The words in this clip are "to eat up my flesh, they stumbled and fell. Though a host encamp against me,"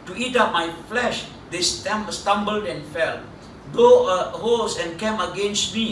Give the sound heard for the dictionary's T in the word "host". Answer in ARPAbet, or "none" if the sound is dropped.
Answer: none